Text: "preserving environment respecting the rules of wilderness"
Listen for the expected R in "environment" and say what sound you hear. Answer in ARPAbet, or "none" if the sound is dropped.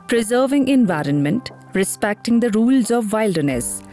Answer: R